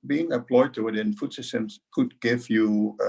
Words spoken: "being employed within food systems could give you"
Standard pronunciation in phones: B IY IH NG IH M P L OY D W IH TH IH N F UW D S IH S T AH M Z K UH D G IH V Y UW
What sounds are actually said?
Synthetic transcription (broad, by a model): B IY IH NG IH P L OY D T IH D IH N F UW D S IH S T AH M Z K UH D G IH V Y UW